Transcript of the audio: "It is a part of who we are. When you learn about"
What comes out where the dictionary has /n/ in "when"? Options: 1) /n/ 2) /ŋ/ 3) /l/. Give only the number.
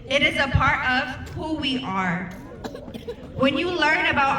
1